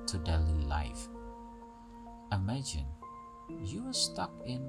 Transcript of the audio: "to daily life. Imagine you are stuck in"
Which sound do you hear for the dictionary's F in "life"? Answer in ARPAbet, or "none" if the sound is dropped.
F